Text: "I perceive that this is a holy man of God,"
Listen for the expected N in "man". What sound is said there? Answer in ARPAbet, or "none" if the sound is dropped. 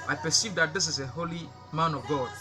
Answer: N